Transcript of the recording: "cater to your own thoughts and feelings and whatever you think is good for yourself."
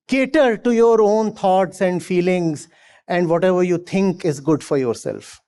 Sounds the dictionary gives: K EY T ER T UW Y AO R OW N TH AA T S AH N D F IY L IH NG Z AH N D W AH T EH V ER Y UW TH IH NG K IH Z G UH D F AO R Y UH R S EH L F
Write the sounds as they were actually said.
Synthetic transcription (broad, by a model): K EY T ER T UW Y AO R OW N T AA T S AH N D F IY L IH NG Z AH N D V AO T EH V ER Y UW T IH NG K IH Z G UH D F AO R Y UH R S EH L F